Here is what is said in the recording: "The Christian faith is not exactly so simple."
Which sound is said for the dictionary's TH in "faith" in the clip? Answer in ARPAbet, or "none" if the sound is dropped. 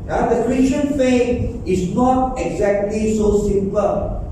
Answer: T